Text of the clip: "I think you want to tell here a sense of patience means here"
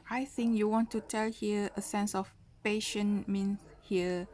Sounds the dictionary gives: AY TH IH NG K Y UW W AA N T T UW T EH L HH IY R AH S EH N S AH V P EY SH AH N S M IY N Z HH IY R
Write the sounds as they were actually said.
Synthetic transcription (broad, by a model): AY TH IH NG K Y UW W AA N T T UW T EH L HH IY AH AH S EH N S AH F P EY SH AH N M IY N S HH IY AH